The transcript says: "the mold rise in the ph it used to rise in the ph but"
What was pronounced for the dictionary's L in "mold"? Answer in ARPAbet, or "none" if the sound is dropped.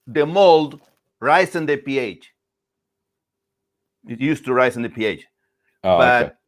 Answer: L